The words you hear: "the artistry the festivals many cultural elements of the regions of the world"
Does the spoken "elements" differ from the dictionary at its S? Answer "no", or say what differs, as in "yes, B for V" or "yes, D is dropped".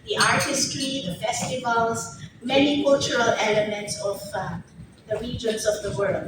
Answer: no